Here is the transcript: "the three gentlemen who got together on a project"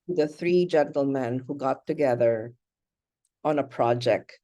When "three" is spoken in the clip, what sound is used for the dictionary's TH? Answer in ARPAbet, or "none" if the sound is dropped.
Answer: TH